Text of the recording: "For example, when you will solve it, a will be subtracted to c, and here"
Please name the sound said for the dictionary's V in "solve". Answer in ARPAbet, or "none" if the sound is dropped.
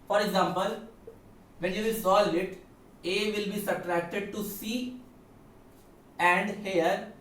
none